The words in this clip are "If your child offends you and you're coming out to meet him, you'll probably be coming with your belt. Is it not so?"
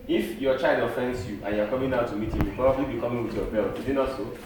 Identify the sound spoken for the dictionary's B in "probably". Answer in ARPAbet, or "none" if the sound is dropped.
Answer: none